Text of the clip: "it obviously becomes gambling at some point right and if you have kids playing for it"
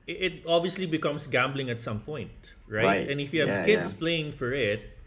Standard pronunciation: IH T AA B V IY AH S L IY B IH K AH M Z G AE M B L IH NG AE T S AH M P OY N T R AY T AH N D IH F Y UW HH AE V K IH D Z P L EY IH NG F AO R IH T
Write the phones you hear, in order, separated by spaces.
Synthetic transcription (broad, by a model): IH T AA B V IY AH S L IY B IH K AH M S G AE M B L IH NG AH T S AH M P OY N T R AY T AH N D IH F Y UW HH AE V K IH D S P L EY IH NG F AO R IH T